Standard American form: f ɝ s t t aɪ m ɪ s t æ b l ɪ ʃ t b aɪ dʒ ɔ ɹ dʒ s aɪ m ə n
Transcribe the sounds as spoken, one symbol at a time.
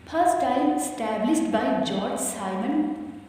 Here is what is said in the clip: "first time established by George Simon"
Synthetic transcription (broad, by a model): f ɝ s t t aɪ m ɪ s t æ b l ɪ s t b aɪ dʒ ɔ ɹ dʒ s aɪ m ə n